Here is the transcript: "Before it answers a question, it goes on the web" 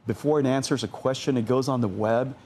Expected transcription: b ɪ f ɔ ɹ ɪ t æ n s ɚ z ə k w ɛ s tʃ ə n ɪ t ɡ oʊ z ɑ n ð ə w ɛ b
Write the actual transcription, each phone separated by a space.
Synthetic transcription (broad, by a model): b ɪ f ɔ ɹ ɪ t æ n s ɚ z ə k w ɛ s tʃ ə n ɪ t ɡ oʊ z n ð ə w ɛ b